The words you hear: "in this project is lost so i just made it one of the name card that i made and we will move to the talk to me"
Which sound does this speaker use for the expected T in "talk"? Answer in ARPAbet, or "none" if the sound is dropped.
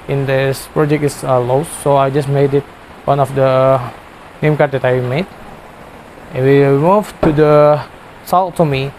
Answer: S